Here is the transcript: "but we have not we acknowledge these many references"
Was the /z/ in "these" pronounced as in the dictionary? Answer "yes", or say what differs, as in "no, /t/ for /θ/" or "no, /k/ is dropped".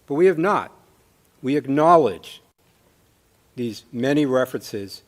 yes